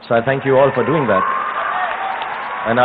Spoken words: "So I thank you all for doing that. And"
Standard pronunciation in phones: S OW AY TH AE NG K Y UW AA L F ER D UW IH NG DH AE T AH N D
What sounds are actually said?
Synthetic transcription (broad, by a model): S OW AY TH AE NG K Y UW AA L F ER D UW IH NG DH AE T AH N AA